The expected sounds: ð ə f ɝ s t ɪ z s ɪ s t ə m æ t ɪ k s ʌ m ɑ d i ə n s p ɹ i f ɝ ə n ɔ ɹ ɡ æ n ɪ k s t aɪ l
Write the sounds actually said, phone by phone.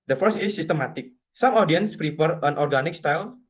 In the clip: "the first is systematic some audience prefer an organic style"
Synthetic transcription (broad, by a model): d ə f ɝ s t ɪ s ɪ s t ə m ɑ t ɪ k s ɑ m ɑ d i ə n s p ɹ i p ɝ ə n ɔ ɹ ɡ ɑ n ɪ k s t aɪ l